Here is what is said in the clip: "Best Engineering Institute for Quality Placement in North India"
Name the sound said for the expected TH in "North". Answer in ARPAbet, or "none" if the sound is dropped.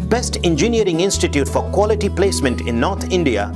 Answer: T